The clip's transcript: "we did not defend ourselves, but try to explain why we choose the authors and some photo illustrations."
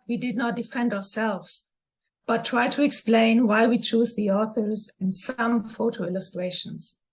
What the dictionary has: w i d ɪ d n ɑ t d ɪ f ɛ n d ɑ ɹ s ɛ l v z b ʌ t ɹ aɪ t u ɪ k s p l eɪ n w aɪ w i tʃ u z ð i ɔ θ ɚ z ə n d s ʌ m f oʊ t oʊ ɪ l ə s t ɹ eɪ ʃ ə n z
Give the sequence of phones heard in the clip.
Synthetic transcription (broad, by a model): w i d ɪ d n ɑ t d ɪ f ɛ n d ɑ ɹ s ɛ l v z b ʌ t ɹ aɪ t u ɪ k s p l eɪ n w aɪ w i tʃ u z ð i ɔ θ ɚ z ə n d s ʌ m f oʊ t oʊ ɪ l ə s t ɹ eɪ ʃ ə n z